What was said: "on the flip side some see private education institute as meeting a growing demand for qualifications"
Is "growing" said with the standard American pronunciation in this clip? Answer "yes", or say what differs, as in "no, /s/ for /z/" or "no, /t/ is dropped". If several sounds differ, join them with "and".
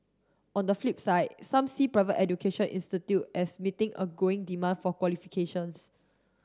no, /ɹ/ is dropped